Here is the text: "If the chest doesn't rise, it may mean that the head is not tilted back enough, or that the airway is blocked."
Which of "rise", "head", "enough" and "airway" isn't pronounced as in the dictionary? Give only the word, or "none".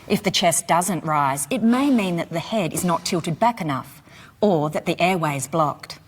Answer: none